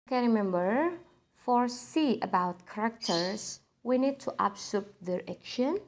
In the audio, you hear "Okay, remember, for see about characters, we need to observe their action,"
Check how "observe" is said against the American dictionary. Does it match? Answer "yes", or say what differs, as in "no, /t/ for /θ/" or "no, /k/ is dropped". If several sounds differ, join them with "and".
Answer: no, /s/ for /z/ and /p/ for /v/